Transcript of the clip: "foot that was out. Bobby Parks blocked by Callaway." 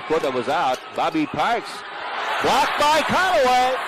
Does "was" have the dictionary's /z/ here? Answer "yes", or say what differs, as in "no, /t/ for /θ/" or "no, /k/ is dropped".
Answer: yes